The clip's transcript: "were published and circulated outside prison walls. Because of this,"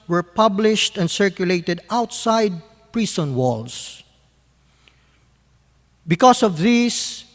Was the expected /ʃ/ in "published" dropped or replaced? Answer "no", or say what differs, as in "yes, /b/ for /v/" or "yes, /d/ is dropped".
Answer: no